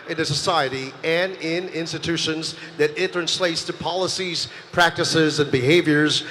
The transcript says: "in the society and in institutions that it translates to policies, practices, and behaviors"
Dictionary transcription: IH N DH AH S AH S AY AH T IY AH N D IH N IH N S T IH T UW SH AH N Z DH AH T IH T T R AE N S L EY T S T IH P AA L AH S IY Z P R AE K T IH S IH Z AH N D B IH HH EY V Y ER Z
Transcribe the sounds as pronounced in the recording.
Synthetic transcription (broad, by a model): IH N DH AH S AH S AY AH T IY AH N IH N IH N S T IH T UW SH AH N Z DH AH T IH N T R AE N S L EY T S T IH P AA L AH S IY Z P R AE K T IH S IH Z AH N B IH HH EY V Y ER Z